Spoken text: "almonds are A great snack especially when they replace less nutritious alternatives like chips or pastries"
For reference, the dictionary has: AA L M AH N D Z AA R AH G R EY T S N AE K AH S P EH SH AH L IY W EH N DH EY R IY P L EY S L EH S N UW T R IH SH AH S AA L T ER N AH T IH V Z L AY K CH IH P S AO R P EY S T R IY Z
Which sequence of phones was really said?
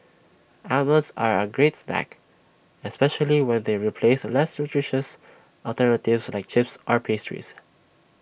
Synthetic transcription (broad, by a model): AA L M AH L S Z AA R AH G R EY T S N AE K AH S P EH SH AH L IY W EH N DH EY R IY P L EY S L EH S N UW T R IH SH AH S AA L T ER N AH T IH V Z L AY K CH IH P S AO R P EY S T R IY S